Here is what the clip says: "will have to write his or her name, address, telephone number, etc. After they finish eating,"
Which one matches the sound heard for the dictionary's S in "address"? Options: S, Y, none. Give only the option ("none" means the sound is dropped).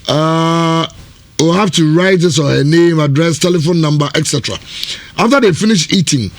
S